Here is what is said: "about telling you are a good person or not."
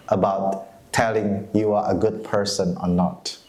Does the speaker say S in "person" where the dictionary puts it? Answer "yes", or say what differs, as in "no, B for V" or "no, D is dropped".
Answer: yes